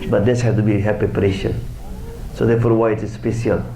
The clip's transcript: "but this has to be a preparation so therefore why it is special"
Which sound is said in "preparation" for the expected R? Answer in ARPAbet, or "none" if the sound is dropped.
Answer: R